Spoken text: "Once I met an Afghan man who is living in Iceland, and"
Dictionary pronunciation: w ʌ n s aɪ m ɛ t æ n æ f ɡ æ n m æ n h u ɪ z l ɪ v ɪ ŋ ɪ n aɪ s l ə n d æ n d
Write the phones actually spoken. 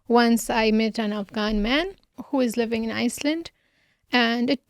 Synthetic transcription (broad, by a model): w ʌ n s aɪ m ɛ t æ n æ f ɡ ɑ n m æ n h u ɪ z l ɪ v ɪ ŋ ɪ n aɪ s l ə n d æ n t